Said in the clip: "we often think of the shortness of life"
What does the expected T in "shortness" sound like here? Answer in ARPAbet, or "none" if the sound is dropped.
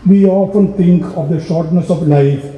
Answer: T